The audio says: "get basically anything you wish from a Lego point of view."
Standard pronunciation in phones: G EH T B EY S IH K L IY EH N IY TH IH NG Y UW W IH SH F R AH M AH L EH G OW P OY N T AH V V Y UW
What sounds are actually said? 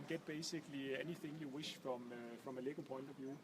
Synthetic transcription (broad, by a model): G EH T B EY S IH K L IY EH N IY TH IH NG Y UW W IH SH F R AH M AH L EH G OW P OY N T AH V V Y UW